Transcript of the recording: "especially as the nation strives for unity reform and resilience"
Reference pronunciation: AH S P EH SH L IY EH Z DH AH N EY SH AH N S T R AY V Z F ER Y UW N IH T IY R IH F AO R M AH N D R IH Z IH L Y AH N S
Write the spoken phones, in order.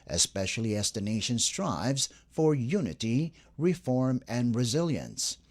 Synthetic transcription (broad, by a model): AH S P EH SH L IY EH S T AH N EY SH AH N S T R AY V Z F ER Y UW N IH T IY R IH F AO R M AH N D R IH Z IH L Y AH N S